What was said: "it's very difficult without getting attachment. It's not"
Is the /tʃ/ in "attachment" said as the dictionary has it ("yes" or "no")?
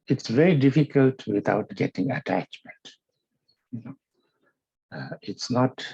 yes